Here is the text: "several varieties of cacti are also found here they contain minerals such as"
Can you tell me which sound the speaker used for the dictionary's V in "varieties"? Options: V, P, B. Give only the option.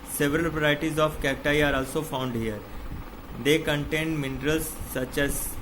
P